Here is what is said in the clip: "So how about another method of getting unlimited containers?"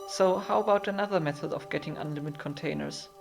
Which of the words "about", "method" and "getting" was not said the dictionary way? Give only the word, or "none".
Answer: none